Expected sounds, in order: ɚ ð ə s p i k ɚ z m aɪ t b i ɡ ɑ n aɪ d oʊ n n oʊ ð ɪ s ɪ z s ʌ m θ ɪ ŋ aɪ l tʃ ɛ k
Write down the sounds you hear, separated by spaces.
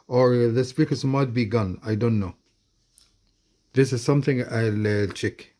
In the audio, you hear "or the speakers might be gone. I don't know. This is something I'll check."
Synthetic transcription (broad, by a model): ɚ ð ə s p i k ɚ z m aɪ t b i ɡ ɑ n aɪ d oʊ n n oʊ ð ɪ s ɪ z s ʌ m θ ɪ ŋ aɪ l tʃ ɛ k